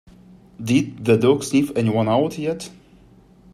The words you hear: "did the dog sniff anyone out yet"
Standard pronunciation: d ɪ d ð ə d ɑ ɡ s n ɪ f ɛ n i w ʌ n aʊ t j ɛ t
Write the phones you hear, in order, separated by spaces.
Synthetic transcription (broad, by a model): d ɪ d ð ə d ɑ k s l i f ɛ n i w ʌ n aʊ t j ɛ t